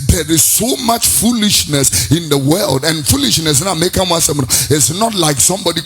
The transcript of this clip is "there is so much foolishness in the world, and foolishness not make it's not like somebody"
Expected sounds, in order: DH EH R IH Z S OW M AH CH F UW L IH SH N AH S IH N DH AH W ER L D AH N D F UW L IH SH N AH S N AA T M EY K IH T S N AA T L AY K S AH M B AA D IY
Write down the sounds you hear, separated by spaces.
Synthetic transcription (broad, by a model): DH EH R IH Z S OW M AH CH F UW L IH SH N AH S IH N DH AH W ER L D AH N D F UW L IH SH N AH S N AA M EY K IH T S N AA T L AY K S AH M B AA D IY